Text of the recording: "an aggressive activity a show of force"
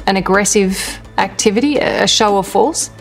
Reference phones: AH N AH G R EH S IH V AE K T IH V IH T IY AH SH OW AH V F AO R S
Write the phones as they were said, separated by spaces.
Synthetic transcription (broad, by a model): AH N AH G R EH S IH V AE K T IH V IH T IY AH SH OW AH V F AO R S